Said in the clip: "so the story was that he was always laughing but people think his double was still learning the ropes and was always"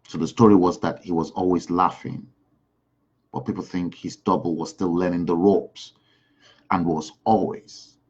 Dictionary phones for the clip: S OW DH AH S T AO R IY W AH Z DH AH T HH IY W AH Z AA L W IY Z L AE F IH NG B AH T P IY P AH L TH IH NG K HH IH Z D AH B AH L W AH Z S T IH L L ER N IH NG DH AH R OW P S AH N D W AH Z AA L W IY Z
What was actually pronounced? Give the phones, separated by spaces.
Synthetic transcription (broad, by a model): S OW DH AH S T AO R IY W AH Z DH AH T HH IY W AH Z AA L W IY Z L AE F IH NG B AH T P IY P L TH IH NG K HH IH Z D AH B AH L W AH Z S T IH L L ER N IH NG DH AH R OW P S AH N W AH Z AA L W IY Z